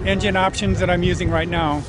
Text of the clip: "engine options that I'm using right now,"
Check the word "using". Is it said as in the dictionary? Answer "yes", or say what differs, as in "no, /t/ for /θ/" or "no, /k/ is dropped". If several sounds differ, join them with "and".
yes